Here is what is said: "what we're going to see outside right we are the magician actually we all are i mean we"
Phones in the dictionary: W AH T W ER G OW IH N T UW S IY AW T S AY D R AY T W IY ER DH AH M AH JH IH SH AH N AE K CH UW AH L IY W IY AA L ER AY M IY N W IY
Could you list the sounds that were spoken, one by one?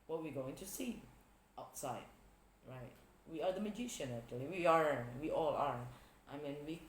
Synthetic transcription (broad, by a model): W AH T W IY G OW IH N T UW S IY AW T S AY D R AY T W IY ER DH AH M AH JH IH SH AH N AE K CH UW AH W IY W IY AA L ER AY M IY N W IY